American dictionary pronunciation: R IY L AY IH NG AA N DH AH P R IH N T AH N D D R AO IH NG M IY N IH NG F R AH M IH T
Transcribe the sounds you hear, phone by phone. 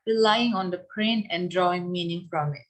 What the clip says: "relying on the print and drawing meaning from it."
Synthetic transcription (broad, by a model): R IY L AY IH NG AA N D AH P R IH N AH N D D R AO IH NG M IY N IH NG F R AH M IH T